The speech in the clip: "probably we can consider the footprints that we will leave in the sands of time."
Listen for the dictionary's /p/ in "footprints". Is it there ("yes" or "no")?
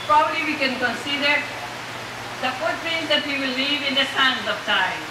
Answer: no